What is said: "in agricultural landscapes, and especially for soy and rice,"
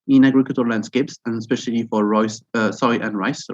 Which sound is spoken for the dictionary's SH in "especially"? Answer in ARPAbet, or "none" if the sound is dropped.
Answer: SH